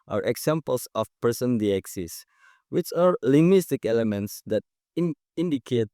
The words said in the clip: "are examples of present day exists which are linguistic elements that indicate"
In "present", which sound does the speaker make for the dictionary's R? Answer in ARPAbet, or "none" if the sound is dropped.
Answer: none